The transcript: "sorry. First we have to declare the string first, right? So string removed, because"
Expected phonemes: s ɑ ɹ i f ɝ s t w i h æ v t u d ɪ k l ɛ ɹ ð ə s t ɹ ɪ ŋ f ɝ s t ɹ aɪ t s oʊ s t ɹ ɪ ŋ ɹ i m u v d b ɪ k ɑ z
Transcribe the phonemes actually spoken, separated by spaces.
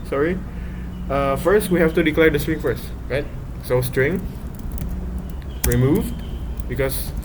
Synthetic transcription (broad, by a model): s ɑ ɹ i f ɝ s t w i h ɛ f t u d ɪ k l ɛ ɹ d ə s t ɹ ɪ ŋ f ɝ s t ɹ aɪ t s oʊ s t ɹ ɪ ŋ ɹ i m u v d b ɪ k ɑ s